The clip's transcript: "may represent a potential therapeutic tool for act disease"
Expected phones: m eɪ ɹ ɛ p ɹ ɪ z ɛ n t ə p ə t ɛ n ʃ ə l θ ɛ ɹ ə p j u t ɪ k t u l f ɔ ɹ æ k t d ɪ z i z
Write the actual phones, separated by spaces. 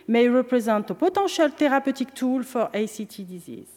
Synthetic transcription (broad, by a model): m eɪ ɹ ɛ p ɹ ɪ z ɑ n t ə p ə t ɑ ʃ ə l t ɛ ɹ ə p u t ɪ k t u l f ɔ ɹ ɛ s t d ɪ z i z